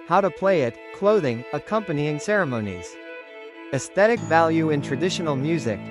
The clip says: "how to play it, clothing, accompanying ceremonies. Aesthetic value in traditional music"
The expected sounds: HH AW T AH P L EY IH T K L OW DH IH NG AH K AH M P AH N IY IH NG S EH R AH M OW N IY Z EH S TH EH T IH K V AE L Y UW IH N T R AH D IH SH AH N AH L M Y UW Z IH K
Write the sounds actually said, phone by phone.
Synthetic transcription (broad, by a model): HH AW T AH P L EY IH T K L OW DH IH NG AH K AH M P AH N IY IH NG S EH R AH M OW N IY Z EH S TH EH T IH K V AE L Y UW IH N T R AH D IH SH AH N L M Y UW Z IH K